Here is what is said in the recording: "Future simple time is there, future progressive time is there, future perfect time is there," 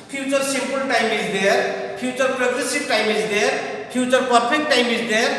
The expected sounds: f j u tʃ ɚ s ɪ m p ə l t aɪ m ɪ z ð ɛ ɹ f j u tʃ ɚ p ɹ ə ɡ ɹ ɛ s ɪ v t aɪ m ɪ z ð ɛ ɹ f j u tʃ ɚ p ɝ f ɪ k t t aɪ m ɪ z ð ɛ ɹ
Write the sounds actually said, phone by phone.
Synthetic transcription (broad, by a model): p j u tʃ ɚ s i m p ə l t aɪ m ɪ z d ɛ ɹ p j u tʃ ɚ p ɹ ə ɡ ɹ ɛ s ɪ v t aɪ m ɪ z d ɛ ɹ p j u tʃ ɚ p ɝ p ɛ k t t aɪ m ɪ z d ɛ ɹ